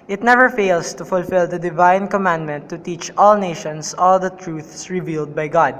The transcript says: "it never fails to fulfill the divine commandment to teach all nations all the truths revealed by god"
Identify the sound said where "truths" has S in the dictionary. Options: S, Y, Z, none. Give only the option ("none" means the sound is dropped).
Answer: S